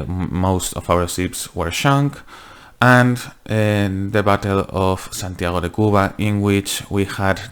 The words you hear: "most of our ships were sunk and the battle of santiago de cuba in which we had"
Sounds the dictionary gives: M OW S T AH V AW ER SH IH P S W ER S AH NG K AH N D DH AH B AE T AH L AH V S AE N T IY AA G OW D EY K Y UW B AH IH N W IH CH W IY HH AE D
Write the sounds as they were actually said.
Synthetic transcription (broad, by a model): M OW S T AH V AW ER S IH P S W ER SH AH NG K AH N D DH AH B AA T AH L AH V S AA N T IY AA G OW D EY K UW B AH IH N W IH CH W IY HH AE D